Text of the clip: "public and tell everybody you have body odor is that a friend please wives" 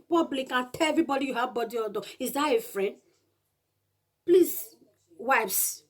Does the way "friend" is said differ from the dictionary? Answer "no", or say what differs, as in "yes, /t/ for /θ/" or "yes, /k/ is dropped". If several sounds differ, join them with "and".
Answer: no